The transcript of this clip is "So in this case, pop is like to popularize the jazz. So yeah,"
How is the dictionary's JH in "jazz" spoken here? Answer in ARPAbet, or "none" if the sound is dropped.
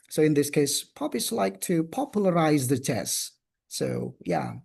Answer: CH